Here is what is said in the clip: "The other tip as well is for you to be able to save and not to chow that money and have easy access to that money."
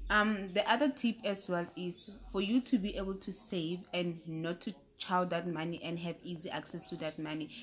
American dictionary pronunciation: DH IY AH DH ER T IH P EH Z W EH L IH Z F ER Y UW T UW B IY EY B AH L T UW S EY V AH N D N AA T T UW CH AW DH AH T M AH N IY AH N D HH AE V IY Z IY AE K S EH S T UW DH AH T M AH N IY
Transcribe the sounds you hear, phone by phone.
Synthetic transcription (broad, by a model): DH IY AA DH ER T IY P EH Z W EH L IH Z F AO Y UW T UW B IY EY B AH L T UW S EY V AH N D N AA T T UW CH AW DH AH T M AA N IY AH N D HH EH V IY Z IY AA K S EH S T UW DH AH T M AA N IY